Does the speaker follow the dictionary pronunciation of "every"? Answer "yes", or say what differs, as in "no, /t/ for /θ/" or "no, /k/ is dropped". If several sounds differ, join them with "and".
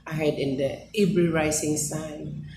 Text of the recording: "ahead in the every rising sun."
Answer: no, /b/ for /v/